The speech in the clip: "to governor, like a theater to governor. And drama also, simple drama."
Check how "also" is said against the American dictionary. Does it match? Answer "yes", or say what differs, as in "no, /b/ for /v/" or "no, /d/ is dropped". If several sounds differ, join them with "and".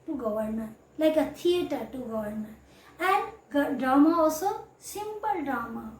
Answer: no, /l/ is dropped